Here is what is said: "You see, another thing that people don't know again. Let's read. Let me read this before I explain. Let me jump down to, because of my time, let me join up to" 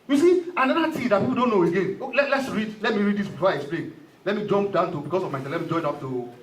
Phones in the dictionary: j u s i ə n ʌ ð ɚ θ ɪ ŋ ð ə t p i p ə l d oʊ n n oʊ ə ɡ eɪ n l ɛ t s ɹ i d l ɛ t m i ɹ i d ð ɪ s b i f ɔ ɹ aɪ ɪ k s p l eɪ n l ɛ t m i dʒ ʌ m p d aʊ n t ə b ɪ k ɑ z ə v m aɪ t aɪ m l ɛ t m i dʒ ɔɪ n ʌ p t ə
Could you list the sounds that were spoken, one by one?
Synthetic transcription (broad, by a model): j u s i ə n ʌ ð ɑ t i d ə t p i p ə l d oʊ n n oʊ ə ɡ eɪ n l ɛ t s ɹ i d l ɛ t m i ɹ i d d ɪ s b i f ɔ aɪ ɪ k s p l eɪ n l ɛ t m i dʒ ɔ m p d aʊ n t ə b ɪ k ɑ s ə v m aɪ s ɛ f l ɛ t m i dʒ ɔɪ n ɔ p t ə